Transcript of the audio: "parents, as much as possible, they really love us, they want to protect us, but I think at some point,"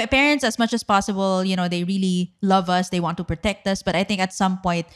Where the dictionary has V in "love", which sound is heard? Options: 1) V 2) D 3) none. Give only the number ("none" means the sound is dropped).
1